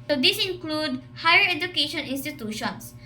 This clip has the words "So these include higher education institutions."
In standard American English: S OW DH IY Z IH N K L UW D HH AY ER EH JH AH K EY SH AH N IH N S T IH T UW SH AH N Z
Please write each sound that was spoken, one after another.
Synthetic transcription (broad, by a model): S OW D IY S IH N K L UW D HH AY ER EH JH AH K EY SH AH N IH N S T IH T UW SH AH N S